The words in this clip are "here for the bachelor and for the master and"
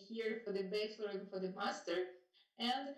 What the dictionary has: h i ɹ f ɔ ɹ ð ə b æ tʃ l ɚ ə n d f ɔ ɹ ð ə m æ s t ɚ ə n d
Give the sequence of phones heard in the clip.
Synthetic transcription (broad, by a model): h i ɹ f ɔ ɹ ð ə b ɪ s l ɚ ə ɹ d f ɔ ɹ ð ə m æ s t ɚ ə n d